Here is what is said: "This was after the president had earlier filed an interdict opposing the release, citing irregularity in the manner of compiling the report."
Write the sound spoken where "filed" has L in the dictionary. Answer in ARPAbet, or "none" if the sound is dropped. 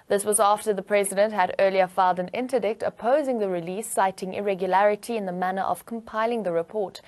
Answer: L